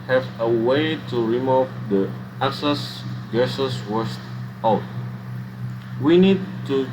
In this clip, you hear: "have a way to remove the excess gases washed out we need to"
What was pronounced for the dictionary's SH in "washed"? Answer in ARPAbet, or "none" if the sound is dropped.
S